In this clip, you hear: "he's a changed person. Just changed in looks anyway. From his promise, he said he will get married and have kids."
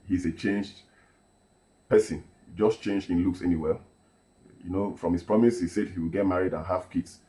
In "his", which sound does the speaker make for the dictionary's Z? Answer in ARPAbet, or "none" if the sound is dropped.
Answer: S